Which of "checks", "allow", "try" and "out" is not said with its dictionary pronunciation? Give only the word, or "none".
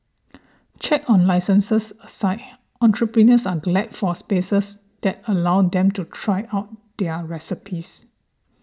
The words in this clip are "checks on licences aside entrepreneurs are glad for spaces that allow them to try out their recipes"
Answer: checks